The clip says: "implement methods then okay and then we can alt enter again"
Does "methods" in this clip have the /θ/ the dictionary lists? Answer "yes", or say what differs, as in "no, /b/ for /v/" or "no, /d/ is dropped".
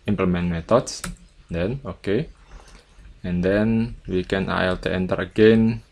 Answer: no, /t/ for /θ/